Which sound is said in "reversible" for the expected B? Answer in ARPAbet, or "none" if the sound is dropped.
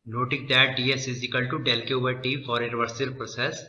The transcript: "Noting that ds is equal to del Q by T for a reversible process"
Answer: none